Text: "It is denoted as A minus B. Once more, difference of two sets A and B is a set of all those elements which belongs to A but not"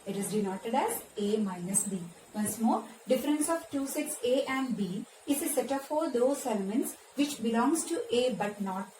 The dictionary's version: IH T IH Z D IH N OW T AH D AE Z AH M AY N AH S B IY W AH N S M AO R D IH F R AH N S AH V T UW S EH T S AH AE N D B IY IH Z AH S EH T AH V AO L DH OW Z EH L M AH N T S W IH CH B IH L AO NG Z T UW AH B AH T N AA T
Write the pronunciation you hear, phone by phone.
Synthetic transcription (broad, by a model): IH T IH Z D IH N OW T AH D AE Z AH M AY N AH S B IY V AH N S M AO R D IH F R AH N S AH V T UW S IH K S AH AE N D B IY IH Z AH S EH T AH F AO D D OW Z EH L M AH N T S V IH CH B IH L AO NG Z T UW AH B AH T N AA T